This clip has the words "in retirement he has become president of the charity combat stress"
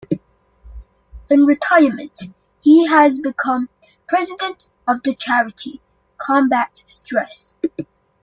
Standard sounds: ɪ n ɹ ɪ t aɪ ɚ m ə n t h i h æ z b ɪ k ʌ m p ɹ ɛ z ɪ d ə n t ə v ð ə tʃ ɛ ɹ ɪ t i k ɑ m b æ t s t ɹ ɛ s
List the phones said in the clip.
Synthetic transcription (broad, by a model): ɪ n ɹ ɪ t aɪ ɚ m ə n t h i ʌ z b ɪ k ʌ m p ɹ ɛ z ɪ d ə n t ə v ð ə tʃ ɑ ɹ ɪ t i k ɑ m b æ t s t ɹ ɛ s